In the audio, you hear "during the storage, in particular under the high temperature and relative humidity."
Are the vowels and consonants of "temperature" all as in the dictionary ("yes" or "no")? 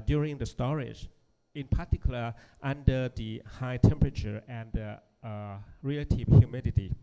yes